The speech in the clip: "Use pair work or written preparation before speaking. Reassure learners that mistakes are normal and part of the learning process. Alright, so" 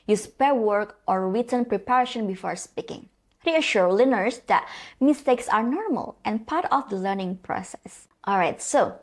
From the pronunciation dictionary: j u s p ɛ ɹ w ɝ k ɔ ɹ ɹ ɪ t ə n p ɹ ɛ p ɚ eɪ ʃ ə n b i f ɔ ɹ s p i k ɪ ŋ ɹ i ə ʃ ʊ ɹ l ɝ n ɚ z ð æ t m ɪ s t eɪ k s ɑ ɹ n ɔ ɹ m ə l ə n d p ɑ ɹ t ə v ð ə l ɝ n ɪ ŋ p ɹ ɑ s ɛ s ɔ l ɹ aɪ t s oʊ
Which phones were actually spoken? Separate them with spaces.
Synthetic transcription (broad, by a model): j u s p ɛ ɹ w ɝ k ɔ ɹ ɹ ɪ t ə n p ɹ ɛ p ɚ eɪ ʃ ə n b i f ɔ ɹ s p i k ɪ ŋ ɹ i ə ʃ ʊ ɹ l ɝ n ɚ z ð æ t m ɪ s t eɪ k s ɑ ɹ n ɔ ɹ m ə l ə n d p ɑ ɹ t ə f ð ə l ɝ n ɪ ŋ p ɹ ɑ s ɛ s ɔ l ɹ aɪ t s oʊ